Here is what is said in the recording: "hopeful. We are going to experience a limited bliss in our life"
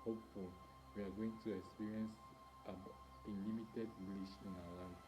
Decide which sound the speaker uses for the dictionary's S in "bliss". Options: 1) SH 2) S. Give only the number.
1